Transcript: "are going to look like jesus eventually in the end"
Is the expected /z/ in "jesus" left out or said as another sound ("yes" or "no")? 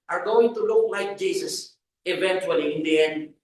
yes